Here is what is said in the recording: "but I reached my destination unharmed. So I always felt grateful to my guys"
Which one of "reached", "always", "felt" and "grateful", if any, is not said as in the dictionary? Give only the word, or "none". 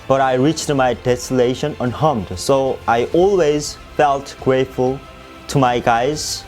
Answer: none